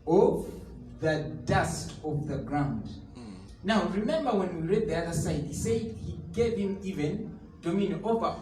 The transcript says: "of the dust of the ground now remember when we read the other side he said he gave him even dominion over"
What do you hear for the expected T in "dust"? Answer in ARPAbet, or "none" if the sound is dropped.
T